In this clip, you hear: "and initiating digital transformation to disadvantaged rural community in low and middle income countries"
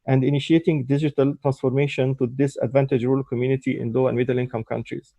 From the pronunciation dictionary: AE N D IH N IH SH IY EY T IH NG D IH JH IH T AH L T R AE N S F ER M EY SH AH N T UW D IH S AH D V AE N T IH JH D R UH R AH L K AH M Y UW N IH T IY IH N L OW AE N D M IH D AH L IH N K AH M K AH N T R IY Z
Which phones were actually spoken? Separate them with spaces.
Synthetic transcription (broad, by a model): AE N D IH N IH SH IY EY T IH NG D IH JH IH T AH L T R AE N S F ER M EY SH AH N T UW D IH S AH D V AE N T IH JH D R R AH L K AH M Y UW N IH T IY IH N L OW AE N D M IH D AH L IH N K AH M K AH N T R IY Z